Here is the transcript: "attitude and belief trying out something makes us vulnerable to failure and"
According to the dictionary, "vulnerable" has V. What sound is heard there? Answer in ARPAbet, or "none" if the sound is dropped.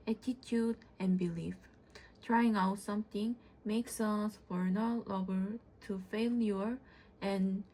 F